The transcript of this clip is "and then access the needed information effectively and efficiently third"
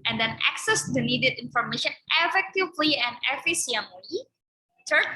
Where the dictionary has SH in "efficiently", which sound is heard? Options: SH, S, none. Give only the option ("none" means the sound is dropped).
S